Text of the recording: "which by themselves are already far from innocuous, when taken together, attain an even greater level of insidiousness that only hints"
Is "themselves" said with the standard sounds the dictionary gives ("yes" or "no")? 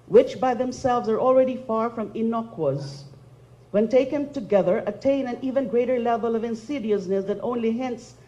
yes